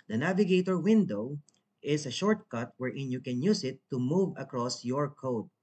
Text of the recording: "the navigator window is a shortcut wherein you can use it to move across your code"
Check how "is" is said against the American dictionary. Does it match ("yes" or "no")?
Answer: no